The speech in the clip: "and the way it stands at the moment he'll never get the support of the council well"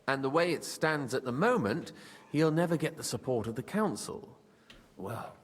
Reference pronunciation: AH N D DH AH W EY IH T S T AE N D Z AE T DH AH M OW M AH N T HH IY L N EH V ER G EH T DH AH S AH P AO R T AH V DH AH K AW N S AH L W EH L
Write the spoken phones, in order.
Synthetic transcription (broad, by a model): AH N DH AH W EY IH T S T AE N D Z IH T DH AH M OW M AH N T HH IY L N EH V ER G EH T DH AH S AH P AO R T AH V DH AH K AW N S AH L W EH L